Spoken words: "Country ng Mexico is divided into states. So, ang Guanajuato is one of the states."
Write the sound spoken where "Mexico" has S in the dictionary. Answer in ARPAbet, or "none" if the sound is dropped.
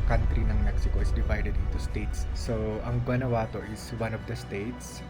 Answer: S